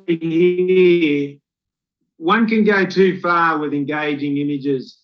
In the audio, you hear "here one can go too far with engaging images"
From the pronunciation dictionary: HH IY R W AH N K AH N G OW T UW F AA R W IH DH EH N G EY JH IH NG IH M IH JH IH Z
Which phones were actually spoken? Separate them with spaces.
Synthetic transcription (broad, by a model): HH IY W AH N K AH N G OW T UW F AA W IH DH EH N G EY JH IH NG IH M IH JH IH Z